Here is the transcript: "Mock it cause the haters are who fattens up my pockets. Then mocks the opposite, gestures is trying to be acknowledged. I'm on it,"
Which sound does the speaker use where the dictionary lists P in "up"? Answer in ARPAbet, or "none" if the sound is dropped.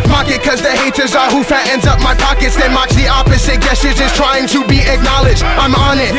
P